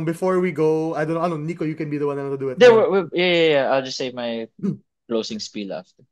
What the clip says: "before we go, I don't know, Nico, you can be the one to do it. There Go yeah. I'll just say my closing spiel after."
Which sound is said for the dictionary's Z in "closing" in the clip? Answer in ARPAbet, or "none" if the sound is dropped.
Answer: S